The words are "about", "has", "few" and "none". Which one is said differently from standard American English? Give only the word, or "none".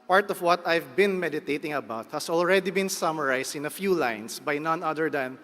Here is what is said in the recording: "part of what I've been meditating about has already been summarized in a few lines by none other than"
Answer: has